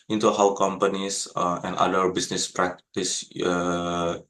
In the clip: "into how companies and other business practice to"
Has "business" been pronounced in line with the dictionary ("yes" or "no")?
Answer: no